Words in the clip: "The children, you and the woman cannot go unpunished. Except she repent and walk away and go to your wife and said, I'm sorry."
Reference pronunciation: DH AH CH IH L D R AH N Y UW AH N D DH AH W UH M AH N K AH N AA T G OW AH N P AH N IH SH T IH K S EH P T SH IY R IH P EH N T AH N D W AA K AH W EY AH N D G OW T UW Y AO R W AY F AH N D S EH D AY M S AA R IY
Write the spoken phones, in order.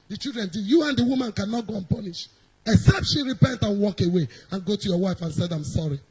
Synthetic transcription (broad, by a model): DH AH CH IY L D R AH N Y UW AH N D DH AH W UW M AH N K AH N AA T G OW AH N P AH N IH SH IH K S EH P T SH IY R IH P EH N T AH N W AA K AH W EY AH N G OW T UW Y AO W AY F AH N S EH D AY M S AA R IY